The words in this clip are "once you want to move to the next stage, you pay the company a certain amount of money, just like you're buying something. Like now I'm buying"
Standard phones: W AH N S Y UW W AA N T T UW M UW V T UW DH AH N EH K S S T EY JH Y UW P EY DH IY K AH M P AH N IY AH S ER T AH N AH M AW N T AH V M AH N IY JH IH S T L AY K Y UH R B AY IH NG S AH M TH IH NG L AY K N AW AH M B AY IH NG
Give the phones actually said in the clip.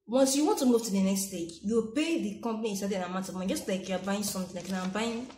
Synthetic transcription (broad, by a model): W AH N S Y UW W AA N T T UW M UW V T UW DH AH N EH K S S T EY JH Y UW P EY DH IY K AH M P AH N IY AH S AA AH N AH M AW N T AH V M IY JH IH S T L AY K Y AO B AY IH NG S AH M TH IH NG L AY K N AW AH M B AY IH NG